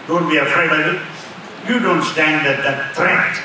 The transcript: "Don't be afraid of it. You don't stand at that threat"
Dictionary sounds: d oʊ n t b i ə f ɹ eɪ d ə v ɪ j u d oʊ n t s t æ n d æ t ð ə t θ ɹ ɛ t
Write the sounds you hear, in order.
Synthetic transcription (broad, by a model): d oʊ n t b i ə f ɹ eɪ ə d ɪ j u d oʊ n t s t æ n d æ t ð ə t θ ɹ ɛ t